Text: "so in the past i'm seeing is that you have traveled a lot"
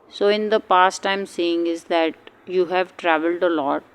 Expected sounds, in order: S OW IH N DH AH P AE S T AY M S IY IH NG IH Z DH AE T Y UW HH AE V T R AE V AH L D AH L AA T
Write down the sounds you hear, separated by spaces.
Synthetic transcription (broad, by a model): S OW IH N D AH P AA S T AY M S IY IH NG IH Z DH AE T Y UW HH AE V T R AE V AH L D AH L AA T